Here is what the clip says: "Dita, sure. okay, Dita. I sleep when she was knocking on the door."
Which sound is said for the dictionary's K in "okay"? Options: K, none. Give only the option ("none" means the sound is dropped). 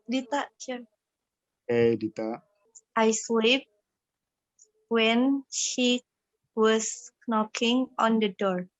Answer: none